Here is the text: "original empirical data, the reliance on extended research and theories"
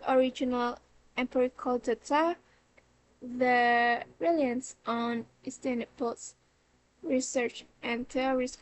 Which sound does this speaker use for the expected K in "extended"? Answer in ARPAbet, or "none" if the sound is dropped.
none